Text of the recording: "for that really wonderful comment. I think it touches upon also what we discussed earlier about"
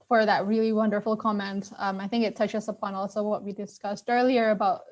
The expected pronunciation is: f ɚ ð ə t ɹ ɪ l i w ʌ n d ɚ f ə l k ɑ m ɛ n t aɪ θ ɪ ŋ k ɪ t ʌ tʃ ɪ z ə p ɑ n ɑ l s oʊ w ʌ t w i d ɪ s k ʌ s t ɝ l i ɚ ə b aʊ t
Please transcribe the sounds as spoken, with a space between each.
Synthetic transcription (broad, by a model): f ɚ ð ə t ɹ ɪ l i w ʌ n d ɚ f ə l k ɑ m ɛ n t aɪ θ ɪ ŋ k ɪ t ʌ tʃ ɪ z ə p ɑ n ɑ l s oʊ w ʌ t w i d ɪ s k ʌ s t ɝ l i ɚ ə b aʊ t